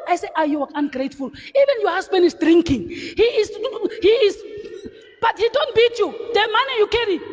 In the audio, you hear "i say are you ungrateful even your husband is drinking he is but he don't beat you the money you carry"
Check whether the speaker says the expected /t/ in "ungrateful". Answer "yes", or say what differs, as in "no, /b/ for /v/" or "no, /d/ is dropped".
yes